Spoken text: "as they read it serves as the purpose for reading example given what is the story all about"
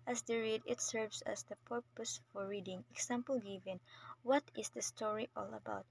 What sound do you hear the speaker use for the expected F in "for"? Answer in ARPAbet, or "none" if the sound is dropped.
F